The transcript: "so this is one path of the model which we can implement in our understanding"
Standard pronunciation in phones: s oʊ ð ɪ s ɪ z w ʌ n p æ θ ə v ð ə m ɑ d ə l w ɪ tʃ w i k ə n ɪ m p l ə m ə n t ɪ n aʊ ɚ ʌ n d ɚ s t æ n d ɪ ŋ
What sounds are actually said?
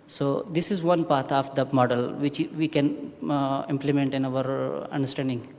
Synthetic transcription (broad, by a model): s oʊ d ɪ s ɪ z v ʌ n p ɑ t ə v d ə m ɑ d ə l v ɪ tʃ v i k ə n ɪ m p l ə m ə n t ɪ n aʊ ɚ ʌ n d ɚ s t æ n d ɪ ŋ